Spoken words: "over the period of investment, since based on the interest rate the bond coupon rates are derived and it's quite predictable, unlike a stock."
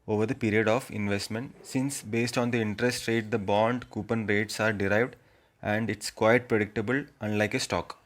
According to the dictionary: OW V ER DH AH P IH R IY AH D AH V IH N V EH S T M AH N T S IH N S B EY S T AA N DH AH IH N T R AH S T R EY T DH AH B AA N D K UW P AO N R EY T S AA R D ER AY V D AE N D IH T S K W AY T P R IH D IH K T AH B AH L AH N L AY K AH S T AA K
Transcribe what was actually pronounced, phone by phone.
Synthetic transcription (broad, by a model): OW V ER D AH P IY R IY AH D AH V IH N V EH S T M AH N T S IH N S B EY S T AA N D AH IH N T R AH S T R EY T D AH B AA N D K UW P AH N R EY T S AA R D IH AY V D AE N D IH T S K W AY T P R IH D IH K T AH B AH L AH N L AY K AH S T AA K